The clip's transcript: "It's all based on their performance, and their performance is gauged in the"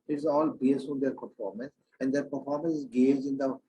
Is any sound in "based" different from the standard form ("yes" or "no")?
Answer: yes